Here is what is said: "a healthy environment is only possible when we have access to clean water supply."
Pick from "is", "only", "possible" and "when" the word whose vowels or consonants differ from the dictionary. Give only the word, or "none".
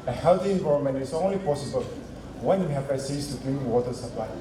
is